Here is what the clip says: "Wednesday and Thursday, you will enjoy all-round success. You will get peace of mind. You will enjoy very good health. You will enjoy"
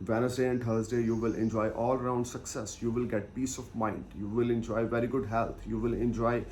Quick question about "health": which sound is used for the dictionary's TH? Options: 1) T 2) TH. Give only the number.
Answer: 1